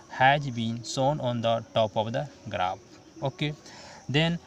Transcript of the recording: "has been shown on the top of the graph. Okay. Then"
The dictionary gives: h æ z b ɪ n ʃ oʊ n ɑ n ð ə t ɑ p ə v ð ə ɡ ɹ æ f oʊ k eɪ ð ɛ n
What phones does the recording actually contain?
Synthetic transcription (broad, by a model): h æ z b ɪ n s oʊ n ɑ n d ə t ɑ p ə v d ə ɡ ɹ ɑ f oʊ k eɪ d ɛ n